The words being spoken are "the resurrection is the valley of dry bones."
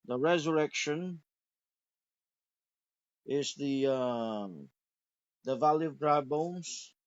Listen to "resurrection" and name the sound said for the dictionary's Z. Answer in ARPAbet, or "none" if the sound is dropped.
Z